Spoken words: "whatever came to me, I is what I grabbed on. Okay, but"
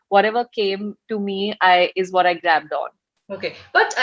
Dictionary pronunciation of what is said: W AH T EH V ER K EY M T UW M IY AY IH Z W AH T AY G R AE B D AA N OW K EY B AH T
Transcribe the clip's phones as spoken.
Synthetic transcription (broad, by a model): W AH T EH V ER K EY M T UW M IY AY IH Z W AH T AY G R AE B D AA N OW K EY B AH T